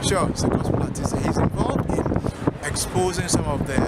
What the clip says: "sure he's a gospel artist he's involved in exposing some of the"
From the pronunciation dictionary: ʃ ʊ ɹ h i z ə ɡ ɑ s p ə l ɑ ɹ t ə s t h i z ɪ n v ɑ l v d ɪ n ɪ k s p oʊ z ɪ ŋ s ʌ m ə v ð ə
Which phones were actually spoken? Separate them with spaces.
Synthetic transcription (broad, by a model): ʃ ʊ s ə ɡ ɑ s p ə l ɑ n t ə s h i z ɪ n v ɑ l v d ɪ n ɪ k s p oʊ z ɪ ŋ s ʌ m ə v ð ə